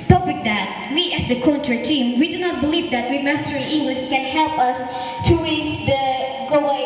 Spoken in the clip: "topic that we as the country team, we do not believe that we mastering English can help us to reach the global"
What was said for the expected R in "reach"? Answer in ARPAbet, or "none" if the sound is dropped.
W